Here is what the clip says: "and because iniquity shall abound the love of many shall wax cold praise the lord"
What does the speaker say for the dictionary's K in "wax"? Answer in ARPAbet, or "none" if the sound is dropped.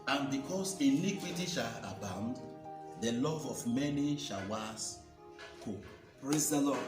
none